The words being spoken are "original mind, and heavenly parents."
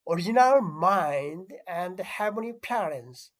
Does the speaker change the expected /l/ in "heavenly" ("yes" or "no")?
yes